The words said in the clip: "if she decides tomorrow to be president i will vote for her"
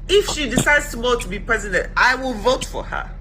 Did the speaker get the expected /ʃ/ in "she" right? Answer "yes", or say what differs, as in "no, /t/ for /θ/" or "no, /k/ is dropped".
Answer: yes